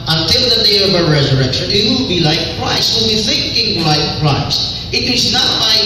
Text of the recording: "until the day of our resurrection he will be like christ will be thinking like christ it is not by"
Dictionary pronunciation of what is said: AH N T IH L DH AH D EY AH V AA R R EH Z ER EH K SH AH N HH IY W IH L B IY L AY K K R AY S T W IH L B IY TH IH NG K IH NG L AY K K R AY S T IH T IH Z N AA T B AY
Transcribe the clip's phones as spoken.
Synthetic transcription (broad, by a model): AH N T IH L DH AH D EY AH V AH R R EH Z ER EH K SH AH N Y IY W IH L B IY L AY K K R AY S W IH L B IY TH IH NG K IH NG L AY K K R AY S IH T IH Z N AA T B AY